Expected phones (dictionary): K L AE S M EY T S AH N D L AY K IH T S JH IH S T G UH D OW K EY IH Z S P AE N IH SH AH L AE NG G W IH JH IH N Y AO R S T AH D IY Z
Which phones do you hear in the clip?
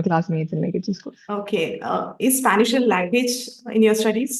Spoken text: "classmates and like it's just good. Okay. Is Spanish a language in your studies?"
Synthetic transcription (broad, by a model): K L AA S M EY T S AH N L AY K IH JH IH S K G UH OW K EY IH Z S P AE N IH SH AH L AE NG G W IH JH IH N Y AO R S T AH D IY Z